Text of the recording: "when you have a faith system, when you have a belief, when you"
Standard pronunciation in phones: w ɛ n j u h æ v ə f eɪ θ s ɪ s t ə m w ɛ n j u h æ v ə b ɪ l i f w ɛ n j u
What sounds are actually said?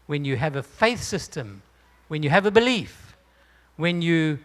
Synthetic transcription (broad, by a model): w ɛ n j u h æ v ə f eɪ θ s ɪ s t ə m w ɛ n j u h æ v ə b ɪ l i f w ɛ n j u